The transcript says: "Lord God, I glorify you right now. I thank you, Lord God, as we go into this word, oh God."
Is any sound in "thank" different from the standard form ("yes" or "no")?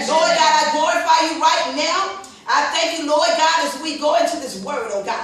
no